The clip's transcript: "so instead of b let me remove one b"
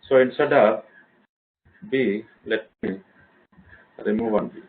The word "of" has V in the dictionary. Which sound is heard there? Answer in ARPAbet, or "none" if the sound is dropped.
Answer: P